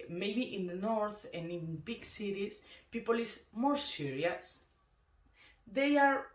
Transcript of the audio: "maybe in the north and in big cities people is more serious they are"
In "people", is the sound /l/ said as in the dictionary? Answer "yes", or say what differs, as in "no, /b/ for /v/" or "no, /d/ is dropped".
yes